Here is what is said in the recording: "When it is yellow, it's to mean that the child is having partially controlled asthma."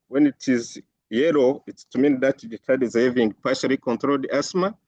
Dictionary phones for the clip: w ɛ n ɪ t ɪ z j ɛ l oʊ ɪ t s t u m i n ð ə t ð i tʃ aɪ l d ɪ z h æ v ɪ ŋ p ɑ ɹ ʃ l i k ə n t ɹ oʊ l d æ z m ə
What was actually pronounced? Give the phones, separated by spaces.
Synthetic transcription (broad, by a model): w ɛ n ɪ t ɪ z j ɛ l oʊ ɪ t s t u m i n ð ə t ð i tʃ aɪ d ɪ z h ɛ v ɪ ŋ p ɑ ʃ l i k ə n t ɹ oʊ l d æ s m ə